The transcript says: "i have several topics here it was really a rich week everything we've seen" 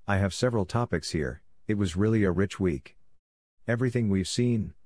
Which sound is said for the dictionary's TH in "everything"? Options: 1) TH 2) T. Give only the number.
1